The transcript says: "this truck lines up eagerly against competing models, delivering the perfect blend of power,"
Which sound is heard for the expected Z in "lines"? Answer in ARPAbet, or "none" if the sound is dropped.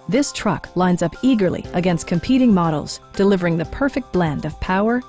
Z